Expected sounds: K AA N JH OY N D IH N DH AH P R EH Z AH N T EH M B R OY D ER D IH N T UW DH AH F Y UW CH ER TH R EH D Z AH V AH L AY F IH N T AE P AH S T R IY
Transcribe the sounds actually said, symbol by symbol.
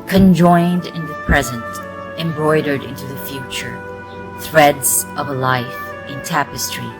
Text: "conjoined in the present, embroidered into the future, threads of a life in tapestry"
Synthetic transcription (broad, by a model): K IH N JH OY N D IH N DH AH P R EH Z AH N T EH M B R OY D ER D IH N T UW DH AH F Y UW CH ER TH R EH D Z AH V AH L AY F IH N T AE P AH S T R IY